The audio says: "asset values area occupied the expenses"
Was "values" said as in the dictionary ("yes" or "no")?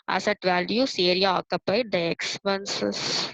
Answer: no